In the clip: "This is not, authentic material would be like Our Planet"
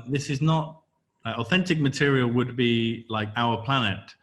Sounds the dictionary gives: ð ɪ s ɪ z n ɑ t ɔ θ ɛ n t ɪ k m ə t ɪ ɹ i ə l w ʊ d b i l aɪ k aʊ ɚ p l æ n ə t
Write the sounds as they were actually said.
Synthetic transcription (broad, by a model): ð ɪ s ɪ z n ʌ t ɔ θ ɛ n t ɪ k m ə t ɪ ɹ i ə l w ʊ d b i l aɪ k aʊ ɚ p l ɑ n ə t